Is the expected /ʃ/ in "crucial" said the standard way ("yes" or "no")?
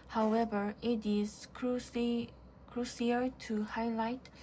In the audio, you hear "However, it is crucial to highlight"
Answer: no